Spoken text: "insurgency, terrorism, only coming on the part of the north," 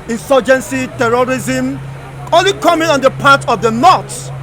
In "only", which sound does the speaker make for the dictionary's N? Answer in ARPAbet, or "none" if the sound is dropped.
none